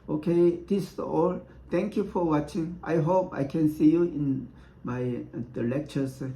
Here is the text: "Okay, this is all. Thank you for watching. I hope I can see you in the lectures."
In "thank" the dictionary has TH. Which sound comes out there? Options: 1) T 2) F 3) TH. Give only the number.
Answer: 1